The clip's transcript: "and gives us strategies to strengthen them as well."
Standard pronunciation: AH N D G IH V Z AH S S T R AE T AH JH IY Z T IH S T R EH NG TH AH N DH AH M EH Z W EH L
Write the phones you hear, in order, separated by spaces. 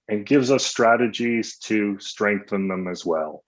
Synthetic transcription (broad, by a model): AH N G IH V Z AH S S T R AE T AH JH IY Z T IH S T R EH NG TH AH N DH AH M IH Z W EH L